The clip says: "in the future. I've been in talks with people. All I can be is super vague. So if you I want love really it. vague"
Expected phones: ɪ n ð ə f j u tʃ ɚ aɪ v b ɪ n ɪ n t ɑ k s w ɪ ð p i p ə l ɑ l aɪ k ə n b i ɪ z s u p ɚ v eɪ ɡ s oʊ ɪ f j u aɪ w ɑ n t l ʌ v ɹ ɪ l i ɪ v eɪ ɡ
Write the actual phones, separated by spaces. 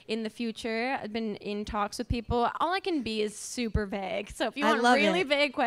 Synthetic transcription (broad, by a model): ɪ n ð ə f j u tʃ ɚ aɪ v b ɪ n ɪ n t ɑ k s w ɪ ð p i p l ɑ l aɪ k ə n b i ɪ z s u p ɚ v eɪ ɡ s oʊ ɪ f j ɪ aɪ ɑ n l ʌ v ɹ ɪ l i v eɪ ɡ